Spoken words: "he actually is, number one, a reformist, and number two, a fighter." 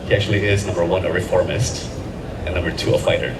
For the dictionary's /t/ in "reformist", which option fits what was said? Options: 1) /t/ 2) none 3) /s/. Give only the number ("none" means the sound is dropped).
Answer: 1